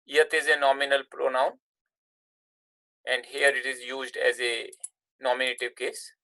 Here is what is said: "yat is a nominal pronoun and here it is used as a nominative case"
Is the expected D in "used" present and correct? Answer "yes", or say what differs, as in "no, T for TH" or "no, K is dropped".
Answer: yes